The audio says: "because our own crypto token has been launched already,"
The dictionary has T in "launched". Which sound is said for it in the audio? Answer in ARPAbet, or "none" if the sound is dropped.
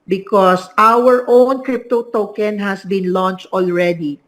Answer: T